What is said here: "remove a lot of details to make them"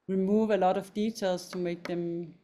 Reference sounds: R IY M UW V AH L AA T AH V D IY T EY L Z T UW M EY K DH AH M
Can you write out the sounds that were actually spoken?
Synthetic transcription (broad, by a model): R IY M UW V AH L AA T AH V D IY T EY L S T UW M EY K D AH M